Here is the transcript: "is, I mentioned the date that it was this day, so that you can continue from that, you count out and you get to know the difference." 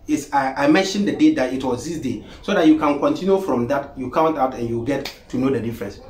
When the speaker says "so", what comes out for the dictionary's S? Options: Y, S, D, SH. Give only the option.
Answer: S